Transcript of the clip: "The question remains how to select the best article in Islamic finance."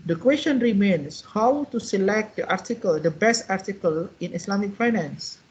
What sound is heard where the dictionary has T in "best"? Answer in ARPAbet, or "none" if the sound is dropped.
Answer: T